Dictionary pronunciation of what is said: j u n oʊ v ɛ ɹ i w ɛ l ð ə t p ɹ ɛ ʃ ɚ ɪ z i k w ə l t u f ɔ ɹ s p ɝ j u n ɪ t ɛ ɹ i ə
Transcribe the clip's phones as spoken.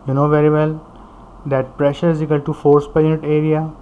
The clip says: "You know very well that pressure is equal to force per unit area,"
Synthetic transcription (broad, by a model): j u n oʊ v ɛ ɹ i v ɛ l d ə t p ɹ ɛ ʃ ɚ ɪ z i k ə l t u f ɔ ɹ s p ɝ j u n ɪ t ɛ ɹ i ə